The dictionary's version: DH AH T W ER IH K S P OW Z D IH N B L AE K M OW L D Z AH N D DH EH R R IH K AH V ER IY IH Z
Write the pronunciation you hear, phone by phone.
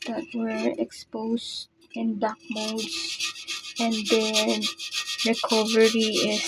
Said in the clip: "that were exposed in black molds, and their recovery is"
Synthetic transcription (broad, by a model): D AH T W ER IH K S P OW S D IH N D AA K M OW D S AH N D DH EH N R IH K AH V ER IY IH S